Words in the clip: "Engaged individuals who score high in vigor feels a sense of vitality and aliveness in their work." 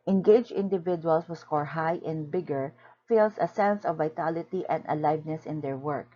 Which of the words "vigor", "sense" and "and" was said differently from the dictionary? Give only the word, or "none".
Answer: vigor